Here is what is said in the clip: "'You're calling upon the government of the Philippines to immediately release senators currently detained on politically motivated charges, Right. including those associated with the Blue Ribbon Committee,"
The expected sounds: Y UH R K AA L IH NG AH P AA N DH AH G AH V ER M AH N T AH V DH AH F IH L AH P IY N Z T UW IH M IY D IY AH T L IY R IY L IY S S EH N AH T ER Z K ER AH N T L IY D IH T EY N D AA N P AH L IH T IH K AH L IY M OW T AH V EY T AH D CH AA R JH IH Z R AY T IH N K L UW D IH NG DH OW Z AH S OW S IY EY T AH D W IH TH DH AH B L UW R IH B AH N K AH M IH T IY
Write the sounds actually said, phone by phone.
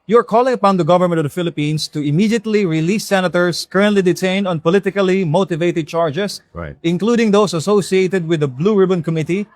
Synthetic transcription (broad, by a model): Y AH R K AA L IH NG AH P AA N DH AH G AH V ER M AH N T AH V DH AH F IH L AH P IY N S T UW IH M IY D IY AH T L IY R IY L IY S S EH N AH T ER S K ER AH N T L IY D IH T EY N D AA N P AH L IH T IH K AH L IY M OW T AH V EY T AH D CH AA R JH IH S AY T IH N K L UW D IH NG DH OW S AH S OW S IY EY T AH D W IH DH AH B L UW R IH B AH N K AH M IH T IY